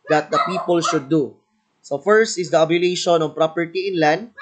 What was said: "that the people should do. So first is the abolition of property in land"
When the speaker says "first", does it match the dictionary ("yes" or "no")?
yes